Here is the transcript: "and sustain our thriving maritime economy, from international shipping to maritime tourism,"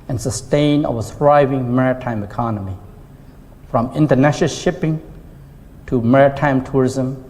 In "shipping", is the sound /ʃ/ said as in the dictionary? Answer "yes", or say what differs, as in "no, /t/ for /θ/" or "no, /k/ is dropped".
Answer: yes